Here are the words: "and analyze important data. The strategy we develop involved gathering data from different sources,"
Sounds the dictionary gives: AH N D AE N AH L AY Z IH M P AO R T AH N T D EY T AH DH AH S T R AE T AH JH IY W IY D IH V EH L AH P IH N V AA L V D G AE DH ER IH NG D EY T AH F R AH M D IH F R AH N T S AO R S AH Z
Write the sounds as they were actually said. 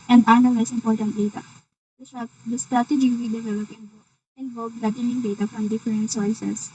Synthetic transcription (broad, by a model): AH N D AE N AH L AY S IH M P AO R T AH N T D EY T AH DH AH S T R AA T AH JH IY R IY D IH V EH L AH P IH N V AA N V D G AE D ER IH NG D EY T AH F R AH M D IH F R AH N T S AO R S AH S